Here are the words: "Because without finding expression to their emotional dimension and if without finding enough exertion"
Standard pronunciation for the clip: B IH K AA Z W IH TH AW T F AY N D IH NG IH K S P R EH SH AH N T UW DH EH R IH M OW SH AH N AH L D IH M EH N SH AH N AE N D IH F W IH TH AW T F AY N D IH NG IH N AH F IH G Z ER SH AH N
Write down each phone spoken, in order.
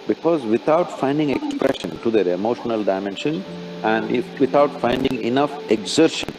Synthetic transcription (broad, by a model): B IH K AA Z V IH T AW T F AY N D IH NG IH K S P R EH SH AH N T UW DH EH R IH M OW SH AH N AH L D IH M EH N SH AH N AE N D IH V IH T AW T F AY N D IH NG IH N AH F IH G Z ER SH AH N